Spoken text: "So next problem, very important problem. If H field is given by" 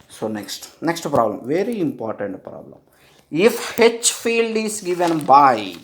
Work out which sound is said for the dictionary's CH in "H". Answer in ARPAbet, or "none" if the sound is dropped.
CH